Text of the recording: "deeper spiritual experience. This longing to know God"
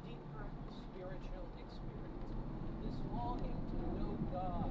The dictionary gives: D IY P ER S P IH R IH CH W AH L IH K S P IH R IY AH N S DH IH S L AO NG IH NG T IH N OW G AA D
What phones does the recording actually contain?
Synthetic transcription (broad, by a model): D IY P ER S P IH R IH CH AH L IH K S P IH R IY AH N S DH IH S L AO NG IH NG T IH L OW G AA